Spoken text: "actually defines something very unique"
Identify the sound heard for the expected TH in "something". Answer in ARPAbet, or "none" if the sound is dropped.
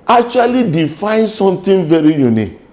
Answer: T